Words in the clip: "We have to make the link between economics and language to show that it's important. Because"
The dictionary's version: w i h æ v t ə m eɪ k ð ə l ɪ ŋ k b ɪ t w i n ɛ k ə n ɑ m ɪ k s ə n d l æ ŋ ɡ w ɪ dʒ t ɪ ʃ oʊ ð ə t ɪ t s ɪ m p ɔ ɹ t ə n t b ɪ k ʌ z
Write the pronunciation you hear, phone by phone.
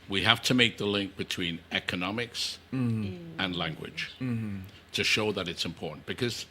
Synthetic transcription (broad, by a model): w i h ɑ f t ə m eɪ k ð ə l ɪ ŋ k b ɪ t w i n ɛ k ə n ɑ m ɪ k s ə n l æ ŋ ɡ w ɪ dʒ t ɪ ʃ oʊ ð ə t ɪ t s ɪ m p ɔ ɹ t n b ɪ k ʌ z